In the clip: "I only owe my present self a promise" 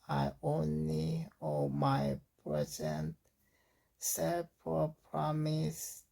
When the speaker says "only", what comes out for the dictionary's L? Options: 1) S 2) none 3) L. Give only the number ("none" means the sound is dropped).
3